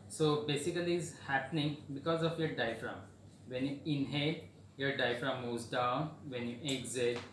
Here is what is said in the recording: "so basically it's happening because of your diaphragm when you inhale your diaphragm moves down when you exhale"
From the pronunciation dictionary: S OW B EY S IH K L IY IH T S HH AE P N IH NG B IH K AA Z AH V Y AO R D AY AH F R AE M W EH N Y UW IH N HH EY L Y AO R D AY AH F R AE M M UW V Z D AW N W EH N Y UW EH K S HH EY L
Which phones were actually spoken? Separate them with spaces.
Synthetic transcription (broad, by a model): S OW B EY S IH K L IY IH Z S HH AE P N IH NG B IH K AA Z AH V Y AO R D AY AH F R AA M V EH N Y UW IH N HH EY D Y AO R D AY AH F R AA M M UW Z D AW N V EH N Y UW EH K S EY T